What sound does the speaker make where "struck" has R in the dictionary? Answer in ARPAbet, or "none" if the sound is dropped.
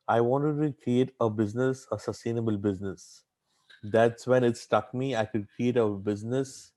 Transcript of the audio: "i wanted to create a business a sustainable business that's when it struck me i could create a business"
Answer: none